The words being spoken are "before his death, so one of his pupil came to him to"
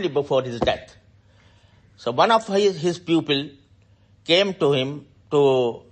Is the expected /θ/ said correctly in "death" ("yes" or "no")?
no